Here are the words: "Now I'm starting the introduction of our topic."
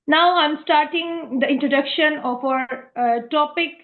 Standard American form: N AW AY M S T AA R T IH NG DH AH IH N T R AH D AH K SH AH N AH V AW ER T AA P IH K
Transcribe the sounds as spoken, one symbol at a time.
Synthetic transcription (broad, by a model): N AW AY M S T AA R T IH NG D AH IH N T R AH D AH K SH AH N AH F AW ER T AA P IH K